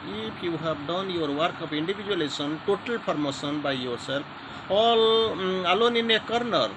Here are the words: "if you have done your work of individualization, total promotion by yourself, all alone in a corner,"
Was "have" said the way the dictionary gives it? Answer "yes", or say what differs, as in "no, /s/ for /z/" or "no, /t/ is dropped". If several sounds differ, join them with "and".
no, /b/ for /v/